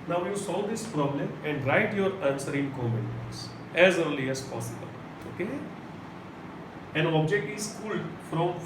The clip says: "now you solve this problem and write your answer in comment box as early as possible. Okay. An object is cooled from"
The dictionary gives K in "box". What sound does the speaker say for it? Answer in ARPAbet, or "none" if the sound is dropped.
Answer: none